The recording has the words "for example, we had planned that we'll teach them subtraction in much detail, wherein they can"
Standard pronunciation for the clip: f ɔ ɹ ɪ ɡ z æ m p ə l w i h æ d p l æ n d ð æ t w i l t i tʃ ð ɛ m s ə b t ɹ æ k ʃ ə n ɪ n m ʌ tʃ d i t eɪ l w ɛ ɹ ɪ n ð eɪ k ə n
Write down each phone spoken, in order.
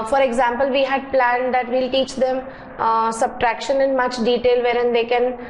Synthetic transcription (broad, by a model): f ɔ ɹ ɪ ɡ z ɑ m p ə l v i h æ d p l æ n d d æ t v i l t i tʃ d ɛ m s ə b t ɹ æ k ʃ ə n ɪ n m ʌ tʃ d i t eɪ l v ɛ ɹ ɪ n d eɪ k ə n